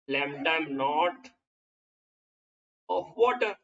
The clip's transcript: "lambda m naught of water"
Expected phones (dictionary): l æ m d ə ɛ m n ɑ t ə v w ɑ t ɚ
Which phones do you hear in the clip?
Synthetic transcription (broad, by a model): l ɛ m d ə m n ɑ t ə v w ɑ t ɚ